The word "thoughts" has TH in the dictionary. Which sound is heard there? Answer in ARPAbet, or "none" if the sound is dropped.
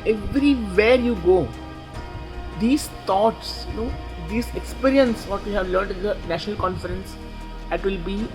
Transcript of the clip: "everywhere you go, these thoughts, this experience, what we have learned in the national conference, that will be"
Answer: T